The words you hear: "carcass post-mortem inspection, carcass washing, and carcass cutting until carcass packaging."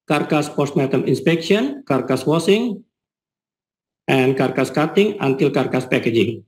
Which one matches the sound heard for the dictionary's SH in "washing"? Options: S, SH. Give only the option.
S